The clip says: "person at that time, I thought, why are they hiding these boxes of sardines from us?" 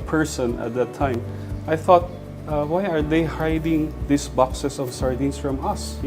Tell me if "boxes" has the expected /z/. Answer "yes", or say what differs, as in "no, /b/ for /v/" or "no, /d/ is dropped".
no, /s/ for /z/